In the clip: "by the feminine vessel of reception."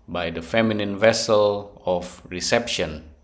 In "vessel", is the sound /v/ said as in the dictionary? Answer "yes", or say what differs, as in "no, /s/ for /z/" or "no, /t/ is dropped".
yes